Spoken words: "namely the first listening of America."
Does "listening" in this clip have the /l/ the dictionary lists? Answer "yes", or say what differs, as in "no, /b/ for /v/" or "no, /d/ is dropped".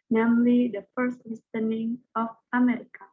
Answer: no, /w/ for /l/